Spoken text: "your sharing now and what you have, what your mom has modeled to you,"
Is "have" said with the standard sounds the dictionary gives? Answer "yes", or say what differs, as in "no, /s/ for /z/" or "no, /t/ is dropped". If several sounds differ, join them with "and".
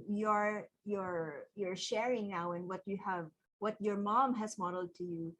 yes